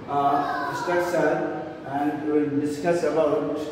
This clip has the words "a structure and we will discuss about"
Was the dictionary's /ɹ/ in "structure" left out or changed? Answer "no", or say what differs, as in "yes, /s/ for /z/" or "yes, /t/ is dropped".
yes, /ɹ/ is dropped